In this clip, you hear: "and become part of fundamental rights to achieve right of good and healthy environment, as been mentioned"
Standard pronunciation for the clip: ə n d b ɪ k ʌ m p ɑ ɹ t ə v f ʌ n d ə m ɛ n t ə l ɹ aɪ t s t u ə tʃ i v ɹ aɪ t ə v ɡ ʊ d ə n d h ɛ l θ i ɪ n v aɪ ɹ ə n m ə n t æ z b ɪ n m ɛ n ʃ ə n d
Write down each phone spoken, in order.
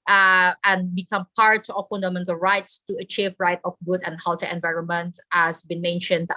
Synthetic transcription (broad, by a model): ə n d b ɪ k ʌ m p ɑ ɹ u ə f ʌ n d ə m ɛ n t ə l ɹ aɪ t s t u ə tʃ i v ɹ aɪ t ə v ɡ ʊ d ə n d h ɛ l t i ɪ n v aɪ ɹ ə n m ə n t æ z b ɪ n m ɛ n ʃ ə n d